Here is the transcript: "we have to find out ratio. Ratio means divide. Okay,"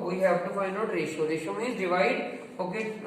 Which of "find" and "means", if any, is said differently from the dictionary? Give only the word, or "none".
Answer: means